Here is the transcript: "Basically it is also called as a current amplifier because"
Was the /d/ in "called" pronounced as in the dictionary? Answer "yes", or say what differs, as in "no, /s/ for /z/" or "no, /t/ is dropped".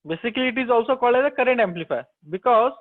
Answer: no, /d/ is dropped